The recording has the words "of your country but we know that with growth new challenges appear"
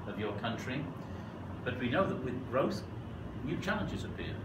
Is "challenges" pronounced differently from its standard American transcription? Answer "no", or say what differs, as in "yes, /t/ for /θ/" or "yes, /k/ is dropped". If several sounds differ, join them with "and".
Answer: no